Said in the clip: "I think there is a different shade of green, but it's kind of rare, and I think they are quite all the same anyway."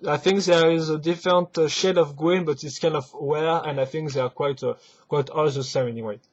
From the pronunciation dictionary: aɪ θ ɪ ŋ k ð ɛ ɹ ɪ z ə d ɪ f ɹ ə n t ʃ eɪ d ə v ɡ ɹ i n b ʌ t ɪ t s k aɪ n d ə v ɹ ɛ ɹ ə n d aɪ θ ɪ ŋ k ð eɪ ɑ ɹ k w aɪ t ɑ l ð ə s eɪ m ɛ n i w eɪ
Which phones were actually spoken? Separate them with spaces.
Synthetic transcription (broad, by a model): aɪ θ ɪ ŋ k ð ɛ ɹ ɪ z ə d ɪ f ɹ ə n t ʃ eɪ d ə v ɡ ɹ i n b ʌ t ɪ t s k aɪ n d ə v w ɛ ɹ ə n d aɪ θ ɪ ŋ k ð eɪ ɑ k k w aɪ t ɑ l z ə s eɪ ɛ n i w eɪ